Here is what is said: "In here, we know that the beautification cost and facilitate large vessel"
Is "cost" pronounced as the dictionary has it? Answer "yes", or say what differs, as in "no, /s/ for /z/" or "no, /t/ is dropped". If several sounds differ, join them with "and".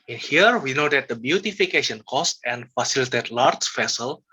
yes